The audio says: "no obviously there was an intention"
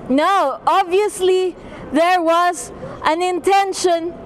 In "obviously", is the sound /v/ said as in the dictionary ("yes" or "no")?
yes